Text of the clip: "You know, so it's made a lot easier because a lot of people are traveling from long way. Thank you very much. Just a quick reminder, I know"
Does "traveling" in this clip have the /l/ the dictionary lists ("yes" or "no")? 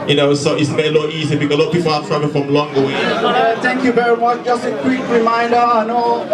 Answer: no